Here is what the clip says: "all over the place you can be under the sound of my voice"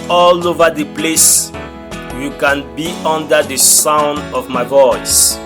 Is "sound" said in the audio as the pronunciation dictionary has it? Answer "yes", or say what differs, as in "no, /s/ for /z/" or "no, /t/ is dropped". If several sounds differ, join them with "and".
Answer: yes